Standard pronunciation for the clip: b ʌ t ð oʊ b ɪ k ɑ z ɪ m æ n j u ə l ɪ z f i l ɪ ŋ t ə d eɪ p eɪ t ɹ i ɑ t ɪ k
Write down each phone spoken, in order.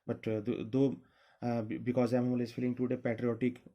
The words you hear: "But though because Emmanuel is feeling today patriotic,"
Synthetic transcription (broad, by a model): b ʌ t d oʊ b ɪ k ɑ z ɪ ɪ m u l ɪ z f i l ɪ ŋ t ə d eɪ p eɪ t ɹ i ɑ t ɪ k